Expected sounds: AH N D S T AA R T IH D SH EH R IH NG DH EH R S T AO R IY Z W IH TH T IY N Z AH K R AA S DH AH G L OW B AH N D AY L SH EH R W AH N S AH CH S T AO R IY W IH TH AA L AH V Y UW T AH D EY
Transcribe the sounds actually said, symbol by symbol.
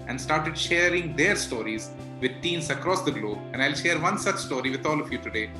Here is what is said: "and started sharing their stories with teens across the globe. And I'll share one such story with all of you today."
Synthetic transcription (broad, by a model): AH N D S T AA R T IH D SH EH R IH NG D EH R S T AO R IY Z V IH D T IY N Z AH K R AA S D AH G L OW B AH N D AY L SH EH R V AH N S AH CH S T AO R IY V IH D AA L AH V Y UW T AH D EY